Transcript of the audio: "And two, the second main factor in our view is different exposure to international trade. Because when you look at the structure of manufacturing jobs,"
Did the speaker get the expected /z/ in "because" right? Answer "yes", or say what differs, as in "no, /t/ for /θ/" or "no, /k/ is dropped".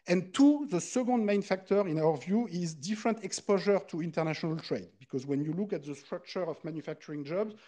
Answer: yes